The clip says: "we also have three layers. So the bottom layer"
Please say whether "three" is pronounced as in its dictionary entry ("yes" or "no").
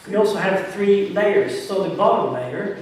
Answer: yes